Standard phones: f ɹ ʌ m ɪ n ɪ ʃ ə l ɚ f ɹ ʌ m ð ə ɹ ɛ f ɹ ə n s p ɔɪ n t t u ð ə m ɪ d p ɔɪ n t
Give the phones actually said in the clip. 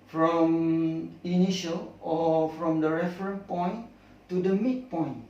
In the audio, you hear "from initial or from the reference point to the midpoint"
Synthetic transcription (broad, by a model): f ɹ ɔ m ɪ n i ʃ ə l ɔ f ɹ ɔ m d ə ɹ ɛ f ɹ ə n p ɔɪ n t t u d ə m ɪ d p ɔɪ n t